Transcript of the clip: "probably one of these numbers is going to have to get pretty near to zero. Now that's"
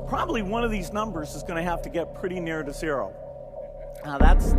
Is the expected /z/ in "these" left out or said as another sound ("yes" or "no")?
no